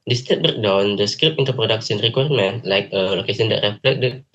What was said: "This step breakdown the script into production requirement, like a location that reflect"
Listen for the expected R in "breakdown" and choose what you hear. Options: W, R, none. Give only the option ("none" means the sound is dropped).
none